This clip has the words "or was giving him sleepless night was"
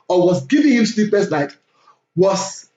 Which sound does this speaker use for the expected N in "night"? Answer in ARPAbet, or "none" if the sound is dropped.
L